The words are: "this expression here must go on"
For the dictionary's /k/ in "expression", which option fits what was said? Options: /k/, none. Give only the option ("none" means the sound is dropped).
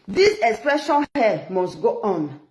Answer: /k/